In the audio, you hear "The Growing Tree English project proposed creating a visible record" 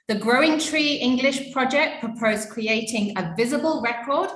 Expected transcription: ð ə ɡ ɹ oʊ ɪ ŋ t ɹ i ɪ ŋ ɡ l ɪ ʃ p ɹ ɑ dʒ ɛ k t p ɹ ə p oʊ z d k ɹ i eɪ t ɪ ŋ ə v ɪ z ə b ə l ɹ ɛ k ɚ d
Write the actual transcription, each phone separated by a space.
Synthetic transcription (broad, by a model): ð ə ɡ ɹ oʊ ɪ ŋ t ɹ i ɪ ŋ ɡ l ɪ ʃ p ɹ ɑ dʒ ɛ k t p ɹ ə p oʊ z k ɹ i eɪ t ɪ ŋ ə v ɪ z ə b ə l ɹ ɛ k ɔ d